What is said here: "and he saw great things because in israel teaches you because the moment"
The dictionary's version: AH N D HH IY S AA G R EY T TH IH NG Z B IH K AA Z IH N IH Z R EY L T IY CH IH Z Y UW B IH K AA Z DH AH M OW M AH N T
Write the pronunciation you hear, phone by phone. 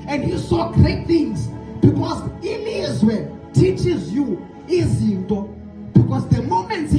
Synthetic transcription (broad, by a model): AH N D HH IY S AA G R EY T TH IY NG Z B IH K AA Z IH L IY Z W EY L T IY CH IH Z Y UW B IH K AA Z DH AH M OW M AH N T